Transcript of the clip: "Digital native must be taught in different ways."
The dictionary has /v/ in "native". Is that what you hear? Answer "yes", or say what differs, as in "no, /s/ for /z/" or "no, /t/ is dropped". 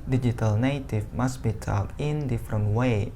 no, /f/ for /v/